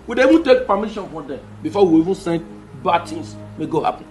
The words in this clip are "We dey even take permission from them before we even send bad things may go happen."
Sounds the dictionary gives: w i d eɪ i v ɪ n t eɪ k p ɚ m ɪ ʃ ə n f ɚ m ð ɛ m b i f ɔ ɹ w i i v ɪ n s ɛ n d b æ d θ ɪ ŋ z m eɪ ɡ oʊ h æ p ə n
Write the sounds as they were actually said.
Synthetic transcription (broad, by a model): w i d eɪ i v ɪ n t eɪ k p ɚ m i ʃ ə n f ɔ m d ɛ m b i f ɔ w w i i v ɪ n s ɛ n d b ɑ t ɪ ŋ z m eɪ ɡ oʊ h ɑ p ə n